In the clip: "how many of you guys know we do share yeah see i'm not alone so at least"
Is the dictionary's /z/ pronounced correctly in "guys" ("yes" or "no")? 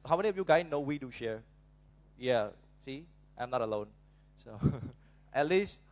no